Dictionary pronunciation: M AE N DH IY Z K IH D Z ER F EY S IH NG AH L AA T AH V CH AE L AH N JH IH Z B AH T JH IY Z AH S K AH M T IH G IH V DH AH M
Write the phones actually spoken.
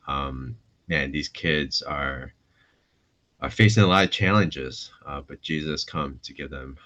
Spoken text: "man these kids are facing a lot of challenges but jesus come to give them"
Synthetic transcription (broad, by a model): M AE N DH IY Z K IH D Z ER F EY S IH NG AH L AA T AH V CH AE L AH N JH IH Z B AH T JH IY Z AH S K AH M T IH G IH V DH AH M